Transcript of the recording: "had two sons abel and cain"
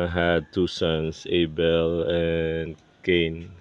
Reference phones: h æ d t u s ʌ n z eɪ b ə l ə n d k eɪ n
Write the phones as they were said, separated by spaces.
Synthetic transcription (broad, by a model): h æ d t u s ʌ n s eɪ b ə l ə n k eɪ n